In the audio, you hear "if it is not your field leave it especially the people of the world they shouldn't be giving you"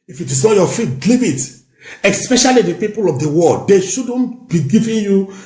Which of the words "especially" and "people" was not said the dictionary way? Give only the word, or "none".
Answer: none